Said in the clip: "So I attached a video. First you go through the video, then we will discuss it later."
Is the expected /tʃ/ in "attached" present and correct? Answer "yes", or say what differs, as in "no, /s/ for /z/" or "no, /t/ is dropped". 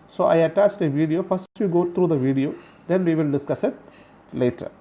yes